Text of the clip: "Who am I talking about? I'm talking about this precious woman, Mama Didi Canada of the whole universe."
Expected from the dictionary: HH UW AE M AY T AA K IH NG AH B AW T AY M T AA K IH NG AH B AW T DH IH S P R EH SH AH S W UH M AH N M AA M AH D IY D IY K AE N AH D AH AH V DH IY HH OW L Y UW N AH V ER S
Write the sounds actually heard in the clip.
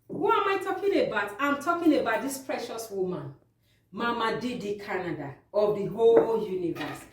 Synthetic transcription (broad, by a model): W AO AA M AY T AA K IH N AH B AW T AY M T AA K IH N AH B AW T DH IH S P R EH SH AH S W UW M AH N M AA M AH D IY D IY K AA N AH D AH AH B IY HH OW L Y UW N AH V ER S